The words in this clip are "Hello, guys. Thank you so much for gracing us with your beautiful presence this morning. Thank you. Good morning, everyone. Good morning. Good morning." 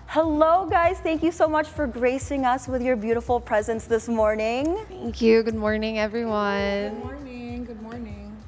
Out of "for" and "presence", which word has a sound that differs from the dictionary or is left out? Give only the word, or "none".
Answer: none